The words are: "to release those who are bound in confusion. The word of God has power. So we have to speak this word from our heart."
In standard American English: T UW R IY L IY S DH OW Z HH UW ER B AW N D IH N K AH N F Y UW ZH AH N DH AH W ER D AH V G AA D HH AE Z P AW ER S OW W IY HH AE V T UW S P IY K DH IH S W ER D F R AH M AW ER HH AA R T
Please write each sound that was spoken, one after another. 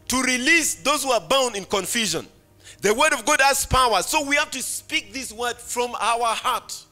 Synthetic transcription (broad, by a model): T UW R IY L IY S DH OW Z HH UW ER B AW N D IH N K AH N F Y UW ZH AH N DH AH W ER D AH V G AA D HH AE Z P AW ER S OW W IY HH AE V T UW S P IY K DH IH S W ER D F R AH M AW ER HH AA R T